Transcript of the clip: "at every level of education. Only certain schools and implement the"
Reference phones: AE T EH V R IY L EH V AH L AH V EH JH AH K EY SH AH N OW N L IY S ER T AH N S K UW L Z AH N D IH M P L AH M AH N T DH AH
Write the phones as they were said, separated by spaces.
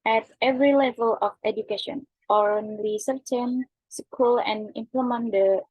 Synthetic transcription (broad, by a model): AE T EH V R IY L EH V AH L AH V EH JH AH K EY SH AH N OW N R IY S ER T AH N S K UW L AH N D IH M P L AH M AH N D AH